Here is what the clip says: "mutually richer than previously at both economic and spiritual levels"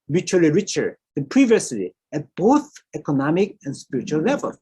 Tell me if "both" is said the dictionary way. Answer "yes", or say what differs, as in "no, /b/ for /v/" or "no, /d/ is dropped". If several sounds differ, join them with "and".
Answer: yes